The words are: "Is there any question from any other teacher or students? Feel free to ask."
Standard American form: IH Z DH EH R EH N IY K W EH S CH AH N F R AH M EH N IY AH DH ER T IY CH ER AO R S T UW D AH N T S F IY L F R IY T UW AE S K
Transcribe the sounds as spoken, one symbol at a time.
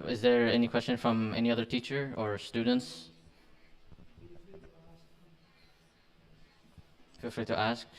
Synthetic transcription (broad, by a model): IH Z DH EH R EH N IY K W EH S CH AH N F R AH M EH N IY AH DH ER T IY CH ER AO R S T UW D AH N T S F IY L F L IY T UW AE S K